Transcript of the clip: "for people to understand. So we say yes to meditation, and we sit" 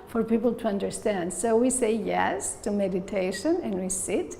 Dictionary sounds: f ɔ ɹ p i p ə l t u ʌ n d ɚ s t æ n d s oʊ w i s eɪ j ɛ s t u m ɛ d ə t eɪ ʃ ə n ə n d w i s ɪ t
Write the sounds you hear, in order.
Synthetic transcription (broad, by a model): f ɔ ɹ p i p l t u ʌ n d ɚ s t æ n d s oʊ w i s eɪ j ɛ s t u m ɛ d ə t eɪ ʃ ə n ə n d w i s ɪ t